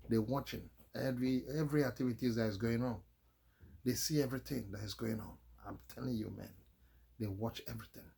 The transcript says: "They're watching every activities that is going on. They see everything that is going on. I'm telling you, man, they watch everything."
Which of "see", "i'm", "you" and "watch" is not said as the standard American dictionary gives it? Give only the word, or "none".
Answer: none